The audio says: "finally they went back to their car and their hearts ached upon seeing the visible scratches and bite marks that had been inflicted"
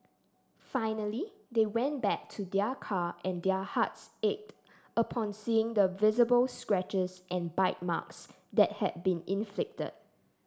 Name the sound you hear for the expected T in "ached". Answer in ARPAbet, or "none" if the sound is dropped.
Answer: T